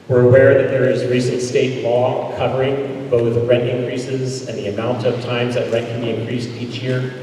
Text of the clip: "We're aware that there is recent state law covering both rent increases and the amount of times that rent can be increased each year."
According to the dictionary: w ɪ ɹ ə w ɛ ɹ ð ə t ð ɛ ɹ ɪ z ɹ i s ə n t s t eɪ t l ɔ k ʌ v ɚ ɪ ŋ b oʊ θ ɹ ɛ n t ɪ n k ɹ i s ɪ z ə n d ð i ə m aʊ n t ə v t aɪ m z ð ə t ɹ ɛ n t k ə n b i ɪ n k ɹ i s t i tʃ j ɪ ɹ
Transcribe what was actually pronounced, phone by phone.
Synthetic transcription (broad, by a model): w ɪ ɹ ə w ɛ ɹ ð ə t ð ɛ ɹ ɪ z ɹ i s ə n t s t eɪ t l ɔ k ʌ v ɚ ɪ ŋ b oʊ θ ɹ ɛ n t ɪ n k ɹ i s ɪ z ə n ð i ə m aʊ n t ə v t aɪ m z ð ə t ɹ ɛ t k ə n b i ɪ n k ɹ i s t i tʃ j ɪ ɹ